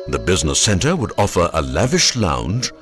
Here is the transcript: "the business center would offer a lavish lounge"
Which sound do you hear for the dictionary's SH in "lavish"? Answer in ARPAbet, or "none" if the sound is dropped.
SH